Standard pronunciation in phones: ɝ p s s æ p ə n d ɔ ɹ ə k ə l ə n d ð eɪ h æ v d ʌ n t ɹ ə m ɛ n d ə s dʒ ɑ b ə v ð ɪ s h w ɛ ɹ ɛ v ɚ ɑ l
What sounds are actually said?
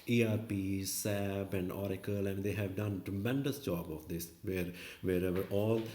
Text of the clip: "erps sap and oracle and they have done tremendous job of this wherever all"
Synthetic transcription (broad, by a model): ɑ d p s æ b ə n d ɔ ɹ ə k ə l ə n d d eɪ h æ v d ʌ n t ɹ ə m ɛ n d ə s dʒ ɑ b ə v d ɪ s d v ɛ ɹ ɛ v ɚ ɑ l